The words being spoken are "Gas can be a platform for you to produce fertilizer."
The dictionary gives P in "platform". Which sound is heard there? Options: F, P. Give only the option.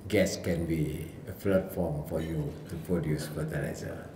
F